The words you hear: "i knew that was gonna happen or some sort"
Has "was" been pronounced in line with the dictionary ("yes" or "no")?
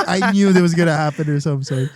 yes